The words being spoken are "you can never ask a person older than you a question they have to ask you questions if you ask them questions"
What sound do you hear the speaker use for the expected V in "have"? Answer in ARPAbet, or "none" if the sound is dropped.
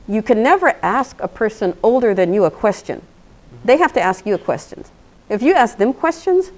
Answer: F